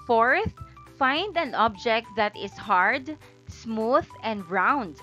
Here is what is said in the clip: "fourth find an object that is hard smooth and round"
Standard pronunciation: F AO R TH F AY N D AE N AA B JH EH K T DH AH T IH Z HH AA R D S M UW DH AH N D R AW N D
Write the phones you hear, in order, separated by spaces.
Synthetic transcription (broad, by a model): F AO R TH F AY N D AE N AA B JH EH K T DH AH T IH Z HH AA R D S M UW DH AH N D R AW N D